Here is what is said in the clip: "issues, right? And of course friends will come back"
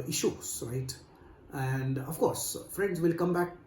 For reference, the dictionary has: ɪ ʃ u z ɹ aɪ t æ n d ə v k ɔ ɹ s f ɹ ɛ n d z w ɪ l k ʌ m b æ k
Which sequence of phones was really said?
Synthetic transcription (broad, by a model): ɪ ʃ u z ɹ aɪ t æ n d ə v k ɔ ɹ s f ɹ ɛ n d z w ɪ l k ʌ m b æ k